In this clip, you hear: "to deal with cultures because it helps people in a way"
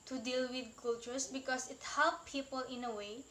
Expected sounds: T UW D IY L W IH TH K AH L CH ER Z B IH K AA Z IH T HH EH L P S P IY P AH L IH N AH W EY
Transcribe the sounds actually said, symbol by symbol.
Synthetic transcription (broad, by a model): T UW D IY L W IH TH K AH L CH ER S B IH K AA S IH T HH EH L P P IY P AH L IH N AH W EY